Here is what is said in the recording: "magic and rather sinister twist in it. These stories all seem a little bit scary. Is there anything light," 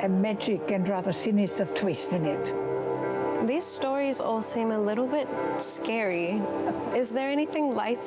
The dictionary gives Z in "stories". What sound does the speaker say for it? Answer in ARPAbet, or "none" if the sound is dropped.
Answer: Z